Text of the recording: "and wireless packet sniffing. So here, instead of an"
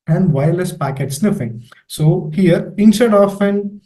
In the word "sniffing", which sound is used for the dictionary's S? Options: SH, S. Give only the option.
S